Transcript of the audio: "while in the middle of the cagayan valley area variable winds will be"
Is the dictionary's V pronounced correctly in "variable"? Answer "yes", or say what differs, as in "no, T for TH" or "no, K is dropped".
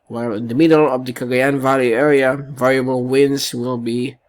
yes